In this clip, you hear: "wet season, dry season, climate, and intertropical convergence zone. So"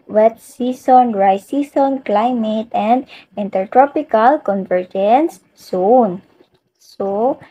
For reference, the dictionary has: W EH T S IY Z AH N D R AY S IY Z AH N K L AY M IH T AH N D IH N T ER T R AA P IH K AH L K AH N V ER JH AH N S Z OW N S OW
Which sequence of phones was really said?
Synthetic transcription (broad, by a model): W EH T S IY S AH N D R AY S IY S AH N K L AY M IH T AH N D IH N T ER T R AA P IH K AH L K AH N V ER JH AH N S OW N S OW